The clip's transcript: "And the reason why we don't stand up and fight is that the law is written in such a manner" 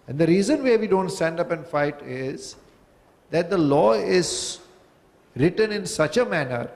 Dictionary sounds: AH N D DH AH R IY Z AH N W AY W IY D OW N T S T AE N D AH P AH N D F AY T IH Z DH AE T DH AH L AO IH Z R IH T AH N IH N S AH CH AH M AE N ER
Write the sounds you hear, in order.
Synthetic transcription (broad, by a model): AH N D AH R IY Z AH N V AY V IY D OW N T S T AE N D AH P AH N D F AY T IH Z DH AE T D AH L AO IH Z R IH T AH N IH N S AH CH AH M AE N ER